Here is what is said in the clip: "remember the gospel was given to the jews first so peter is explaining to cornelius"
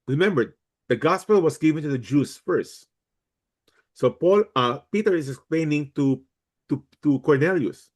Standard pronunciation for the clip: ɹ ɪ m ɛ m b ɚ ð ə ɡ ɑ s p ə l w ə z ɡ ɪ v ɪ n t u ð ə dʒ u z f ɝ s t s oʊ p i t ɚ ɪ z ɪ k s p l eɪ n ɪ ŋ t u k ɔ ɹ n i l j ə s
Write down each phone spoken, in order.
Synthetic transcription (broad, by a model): ɹ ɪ m ɛ m b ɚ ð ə ɡ ɑ s p ə l w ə s ɡ ɪ v ɪ n t u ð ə dʒ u s f ɝ s t s oʊ p i t ɚ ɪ s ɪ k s p l eɪ n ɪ ŋ t u k ɔ ɹ n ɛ l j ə s